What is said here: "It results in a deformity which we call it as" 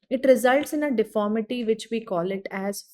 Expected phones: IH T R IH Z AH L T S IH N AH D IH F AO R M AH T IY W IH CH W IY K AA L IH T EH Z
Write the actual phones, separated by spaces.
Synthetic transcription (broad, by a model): IH T R IH Z AH L T S IH N AH D IH F AO R M AH T IY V IH CH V IY K AA L IH T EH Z